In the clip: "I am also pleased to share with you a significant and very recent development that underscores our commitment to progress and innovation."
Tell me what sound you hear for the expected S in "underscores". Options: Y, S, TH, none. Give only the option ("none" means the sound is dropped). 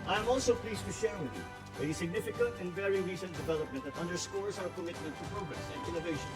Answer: S